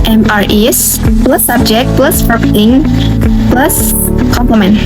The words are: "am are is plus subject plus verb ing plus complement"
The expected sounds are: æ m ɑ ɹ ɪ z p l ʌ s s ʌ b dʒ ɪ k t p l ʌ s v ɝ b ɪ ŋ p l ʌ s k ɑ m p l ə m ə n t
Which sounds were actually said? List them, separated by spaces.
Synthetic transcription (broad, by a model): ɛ m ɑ ɹ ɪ s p l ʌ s s ʌ b dʒ ɪ k t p l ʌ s p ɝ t ɪ ŋ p l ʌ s k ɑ m p l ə m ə n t